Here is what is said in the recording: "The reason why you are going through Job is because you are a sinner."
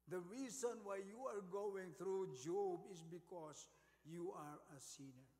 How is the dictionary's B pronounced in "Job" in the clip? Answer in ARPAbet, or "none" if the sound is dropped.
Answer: B